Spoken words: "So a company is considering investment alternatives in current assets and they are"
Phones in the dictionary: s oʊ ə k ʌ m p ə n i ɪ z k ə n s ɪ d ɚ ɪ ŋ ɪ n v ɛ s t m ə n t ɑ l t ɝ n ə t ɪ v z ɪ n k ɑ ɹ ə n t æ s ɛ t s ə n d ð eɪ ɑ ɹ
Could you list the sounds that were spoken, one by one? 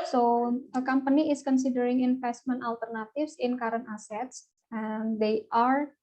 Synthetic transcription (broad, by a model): s oʊ ə k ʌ m p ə n i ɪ s k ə n s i d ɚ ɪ ŋ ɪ n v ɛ s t m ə n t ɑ l t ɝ n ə t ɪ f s ɪ n k ɑ ɹ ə n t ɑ s ɛ t s ə n d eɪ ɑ ɹ